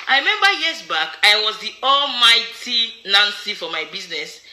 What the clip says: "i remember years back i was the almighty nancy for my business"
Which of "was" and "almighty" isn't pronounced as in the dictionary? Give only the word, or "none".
none